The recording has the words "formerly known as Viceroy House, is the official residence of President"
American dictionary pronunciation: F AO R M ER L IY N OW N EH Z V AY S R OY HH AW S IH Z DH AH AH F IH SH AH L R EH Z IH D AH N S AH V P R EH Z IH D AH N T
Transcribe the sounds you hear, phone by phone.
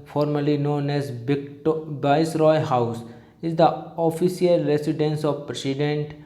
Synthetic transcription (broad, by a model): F AO R M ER L IY N OW N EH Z B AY S R OY HH AW S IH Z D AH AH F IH S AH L R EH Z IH D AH N S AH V P R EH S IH D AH N T